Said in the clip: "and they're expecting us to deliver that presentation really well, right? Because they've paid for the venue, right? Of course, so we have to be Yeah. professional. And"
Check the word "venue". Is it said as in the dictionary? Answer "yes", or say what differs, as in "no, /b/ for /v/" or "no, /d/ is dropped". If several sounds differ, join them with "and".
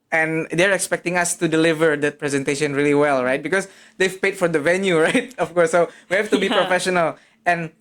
yes